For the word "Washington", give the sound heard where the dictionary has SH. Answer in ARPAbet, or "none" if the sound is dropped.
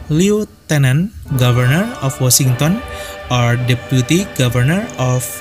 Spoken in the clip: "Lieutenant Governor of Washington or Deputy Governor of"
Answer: S